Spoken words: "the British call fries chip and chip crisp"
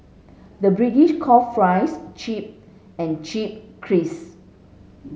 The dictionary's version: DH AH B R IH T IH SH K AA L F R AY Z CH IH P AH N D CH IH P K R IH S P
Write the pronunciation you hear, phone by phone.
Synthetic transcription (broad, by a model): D AH B R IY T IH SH K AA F R AY S CH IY P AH N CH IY P K R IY S